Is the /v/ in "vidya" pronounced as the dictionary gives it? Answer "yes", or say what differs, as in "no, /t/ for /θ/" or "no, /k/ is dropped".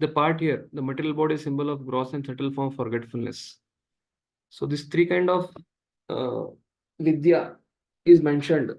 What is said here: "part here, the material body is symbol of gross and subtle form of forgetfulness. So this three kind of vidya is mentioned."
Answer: yes